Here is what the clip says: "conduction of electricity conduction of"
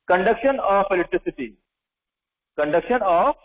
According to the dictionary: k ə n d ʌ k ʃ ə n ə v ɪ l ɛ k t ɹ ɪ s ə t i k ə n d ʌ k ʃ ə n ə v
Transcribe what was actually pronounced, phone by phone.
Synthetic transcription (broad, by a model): k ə n d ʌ k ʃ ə n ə f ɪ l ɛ t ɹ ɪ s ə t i k ə n d ʌ k ʃ ə n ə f